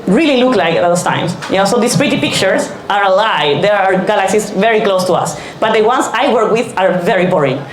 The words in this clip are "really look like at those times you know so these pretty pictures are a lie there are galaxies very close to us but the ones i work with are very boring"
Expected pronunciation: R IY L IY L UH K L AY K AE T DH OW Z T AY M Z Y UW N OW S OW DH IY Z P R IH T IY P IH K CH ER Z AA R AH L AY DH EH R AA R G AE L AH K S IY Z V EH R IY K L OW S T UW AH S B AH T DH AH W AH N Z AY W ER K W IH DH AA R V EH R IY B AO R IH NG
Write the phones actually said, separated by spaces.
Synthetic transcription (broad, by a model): R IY L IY L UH K L AY K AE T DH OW S T AY M S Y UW N OW S OW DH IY S P R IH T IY P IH K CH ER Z AA R AH L AY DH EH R AA R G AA L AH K S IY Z V EH R IY K L OW S T UW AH S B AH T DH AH W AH N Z AY W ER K W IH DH AA R V EH R IY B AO R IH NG